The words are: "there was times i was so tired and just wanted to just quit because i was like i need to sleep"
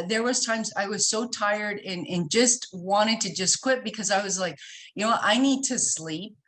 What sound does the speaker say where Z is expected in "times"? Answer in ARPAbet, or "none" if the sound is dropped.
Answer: Z